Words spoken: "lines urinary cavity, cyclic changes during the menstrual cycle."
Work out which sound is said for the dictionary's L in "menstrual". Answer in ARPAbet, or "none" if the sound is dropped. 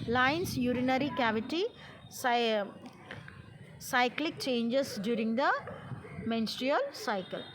L